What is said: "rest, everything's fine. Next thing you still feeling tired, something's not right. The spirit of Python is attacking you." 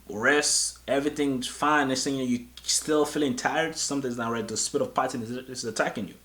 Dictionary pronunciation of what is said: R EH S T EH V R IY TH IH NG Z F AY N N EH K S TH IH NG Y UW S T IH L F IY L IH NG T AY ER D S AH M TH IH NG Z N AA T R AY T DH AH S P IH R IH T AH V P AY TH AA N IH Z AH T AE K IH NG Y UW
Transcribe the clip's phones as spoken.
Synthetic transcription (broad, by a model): R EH S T EH V R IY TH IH NG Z F AY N N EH S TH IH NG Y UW S T IH L F IY L IH NG T AY ER D S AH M T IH Z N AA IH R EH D DH AH S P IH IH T AH V P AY T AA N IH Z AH T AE K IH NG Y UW